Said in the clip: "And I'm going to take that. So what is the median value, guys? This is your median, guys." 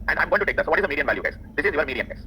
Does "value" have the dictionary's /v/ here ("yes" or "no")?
yes